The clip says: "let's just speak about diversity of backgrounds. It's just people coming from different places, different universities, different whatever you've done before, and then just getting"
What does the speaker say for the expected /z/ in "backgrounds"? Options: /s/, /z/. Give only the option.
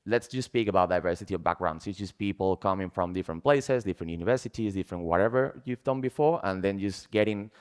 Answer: /s/